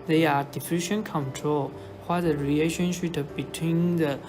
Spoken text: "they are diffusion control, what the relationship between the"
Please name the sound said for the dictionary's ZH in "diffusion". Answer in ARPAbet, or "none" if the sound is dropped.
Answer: SH